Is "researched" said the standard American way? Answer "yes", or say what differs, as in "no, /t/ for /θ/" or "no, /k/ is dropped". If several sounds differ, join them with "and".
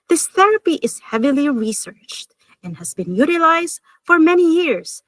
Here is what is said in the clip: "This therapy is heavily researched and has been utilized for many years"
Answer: yes